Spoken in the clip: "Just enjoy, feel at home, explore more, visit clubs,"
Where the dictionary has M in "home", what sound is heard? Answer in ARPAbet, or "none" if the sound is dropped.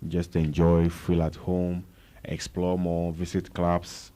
M